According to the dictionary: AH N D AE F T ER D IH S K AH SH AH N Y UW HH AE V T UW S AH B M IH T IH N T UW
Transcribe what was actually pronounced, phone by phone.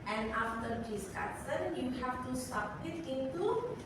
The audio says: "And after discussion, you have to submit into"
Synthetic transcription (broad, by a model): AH N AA F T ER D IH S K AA S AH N Y UW HH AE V T UW S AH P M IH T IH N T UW